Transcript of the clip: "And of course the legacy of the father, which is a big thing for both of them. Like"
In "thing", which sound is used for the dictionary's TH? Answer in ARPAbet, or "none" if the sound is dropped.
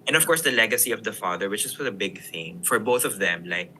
TH